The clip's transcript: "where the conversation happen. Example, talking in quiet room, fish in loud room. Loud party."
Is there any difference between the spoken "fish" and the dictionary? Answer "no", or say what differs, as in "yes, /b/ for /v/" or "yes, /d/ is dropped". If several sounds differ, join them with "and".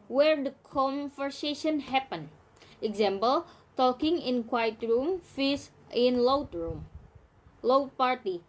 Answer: yes, /s/ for /ʃ/